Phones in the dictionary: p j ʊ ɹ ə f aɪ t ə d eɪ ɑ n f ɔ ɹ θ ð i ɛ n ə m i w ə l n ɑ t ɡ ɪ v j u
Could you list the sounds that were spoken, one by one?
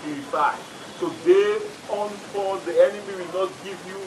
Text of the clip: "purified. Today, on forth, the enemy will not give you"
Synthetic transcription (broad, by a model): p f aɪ s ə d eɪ ɑ n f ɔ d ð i ɛ n ə m i w ə l n ɑ t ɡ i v j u